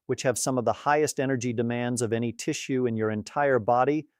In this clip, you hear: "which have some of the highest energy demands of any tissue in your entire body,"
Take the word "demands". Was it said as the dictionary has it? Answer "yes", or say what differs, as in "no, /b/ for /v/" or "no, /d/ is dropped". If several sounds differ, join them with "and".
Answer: yes